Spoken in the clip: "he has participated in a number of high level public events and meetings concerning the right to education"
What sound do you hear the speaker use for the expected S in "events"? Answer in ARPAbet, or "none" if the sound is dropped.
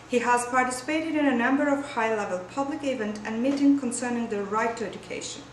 none